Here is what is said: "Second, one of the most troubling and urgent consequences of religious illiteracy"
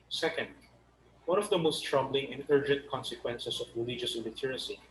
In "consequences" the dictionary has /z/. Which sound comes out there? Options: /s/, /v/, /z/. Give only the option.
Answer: /s/